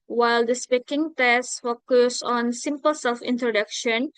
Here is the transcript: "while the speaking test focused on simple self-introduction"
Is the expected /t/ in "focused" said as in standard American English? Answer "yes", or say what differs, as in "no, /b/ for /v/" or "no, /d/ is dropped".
no, /t/ is dropped